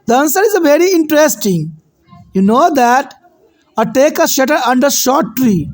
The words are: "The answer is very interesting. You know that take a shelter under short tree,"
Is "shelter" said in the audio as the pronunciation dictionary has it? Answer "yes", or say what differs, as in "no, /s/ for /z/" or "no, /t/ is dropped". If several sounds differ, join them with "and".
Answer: no, /l/ is dropped